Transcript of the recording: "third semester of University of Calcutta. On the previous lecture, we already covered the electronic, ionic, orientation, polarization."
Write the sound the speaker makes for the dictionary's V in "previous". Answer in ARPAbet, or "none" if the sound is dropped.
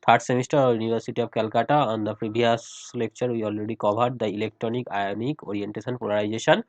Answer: B